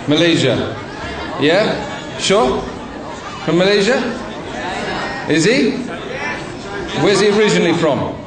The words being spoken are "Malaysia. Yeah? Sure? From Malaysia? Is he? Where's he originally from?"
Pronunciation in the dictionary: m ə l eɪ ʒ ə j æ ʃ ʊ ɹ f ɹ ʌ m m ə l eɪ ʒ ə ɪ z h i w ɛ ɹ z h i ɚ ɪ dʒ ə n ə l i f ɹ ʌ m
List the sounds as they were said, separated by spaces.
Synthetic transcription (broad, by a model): m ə l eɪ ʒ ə j æ ʃ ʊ f ɹ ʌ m m ə l eɪ ʒ ə ɪ z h i w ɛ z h i ɚ ɪ dʒ ə n ə l i f ɹ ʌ m